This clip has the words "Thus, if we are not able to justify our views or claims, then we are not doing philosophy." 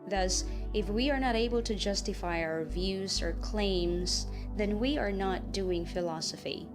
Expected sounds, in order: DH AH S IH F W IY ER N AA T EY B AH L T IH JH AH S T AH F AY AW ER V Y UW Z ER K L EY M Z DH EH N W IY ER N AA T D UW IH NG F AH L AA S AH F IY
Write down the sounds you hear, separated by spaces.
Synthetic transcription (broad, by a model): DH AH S IH F W IY ER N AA T EY B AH L T IH JH AH S T AH F AY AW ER V Y UW Z ER K L EY M Z DH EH N W IY ER N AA T D UW IH NG F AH L AA S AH F IY